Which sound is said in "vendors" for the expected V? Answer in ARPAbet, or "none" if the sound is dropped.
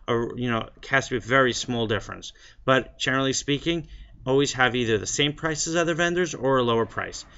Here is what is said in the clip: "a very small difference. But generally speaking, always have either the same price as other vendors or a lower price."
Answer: V